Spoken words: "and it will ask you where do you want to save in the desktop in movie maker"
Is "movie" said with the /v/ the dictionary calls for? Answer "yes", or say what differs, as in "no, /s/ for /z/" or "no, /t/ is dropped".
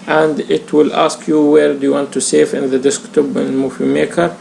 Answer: no, /f/ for /v/